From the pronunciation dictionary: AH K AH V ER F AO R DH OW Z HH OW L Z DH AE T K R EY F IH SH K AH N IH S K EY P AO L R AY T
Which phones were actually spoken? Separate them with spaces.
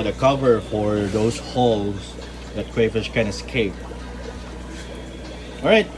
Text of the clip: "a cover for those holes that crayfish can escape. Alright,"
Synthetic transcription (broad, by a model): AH K AH V ER F AO R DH OW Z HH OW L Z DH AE T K W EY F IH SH K AH N IH S K EY P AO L R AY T